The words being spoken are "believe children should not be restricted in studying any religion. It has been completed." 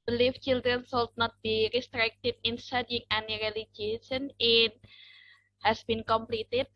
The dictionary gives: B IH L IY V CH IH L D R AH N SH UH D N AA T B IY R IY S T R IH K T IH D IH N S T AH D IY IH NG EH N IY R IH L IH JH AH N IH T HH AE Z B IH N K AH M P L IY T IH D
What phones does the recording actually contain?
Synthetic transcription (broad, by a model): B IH L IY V CH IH L D R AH N S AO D N AA T B IY R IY S T R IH K T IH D IH N S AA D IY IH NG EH N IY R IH L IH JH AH N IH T HH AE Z B IH N K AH M P L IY T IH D